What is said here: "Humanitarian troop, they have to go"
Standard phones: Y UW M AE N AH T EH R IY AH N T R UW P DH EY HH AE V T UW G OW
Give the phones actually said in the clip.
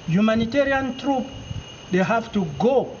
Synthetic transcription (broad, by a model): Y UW M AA N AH T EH R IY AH N T R UW P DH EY HH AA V T UW G OW